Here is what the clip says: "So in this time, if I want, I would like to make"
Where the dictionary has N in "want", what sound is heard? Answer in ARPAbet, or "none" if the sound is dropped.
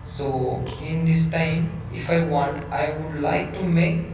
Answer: N